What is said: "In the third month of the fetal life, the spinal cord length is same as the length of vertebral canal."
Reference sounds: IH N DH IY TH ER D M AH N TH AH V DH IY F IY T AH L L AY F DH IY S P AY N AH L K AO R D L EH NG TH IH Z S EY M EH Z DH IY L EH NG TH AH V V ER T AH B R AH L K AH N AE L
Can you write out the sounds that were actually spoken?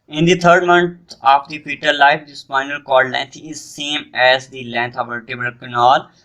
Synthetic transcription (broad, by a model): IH N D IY T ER D M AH N T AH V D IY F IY T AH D L AY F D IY S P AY N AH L K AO L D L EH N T IH Z S EY M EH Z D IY L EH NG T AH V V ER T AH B AH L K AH N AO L